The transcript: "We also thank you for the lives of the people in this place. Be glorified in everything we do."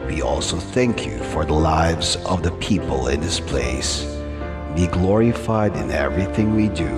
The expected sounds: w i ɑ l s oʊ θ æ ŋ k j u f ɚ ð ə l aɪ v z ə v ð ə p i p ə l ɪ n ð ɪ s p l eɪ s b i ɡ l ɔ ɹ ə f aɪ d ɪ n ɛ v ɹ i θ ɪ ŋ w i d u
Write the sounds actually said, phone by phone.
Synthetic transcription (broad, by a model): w i ɑ l s oʊ θ æ ŋ k j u f ɚ ð ə l aɪ v z ə v ð ə p i p ə l ɪ n ð ɪ s p l eɪ s b i ɡ l ɔ ɹ ə f aɪ d ɪ n ɛ v ɹ i θ ɪ ŋ w i d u